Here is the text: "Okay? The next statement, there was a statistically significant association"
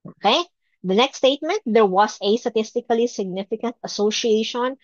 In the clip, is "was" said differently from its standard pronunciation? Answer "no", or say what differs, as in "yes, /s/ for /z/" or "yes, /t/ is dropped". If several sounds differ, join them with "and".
yes, /s/ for /z/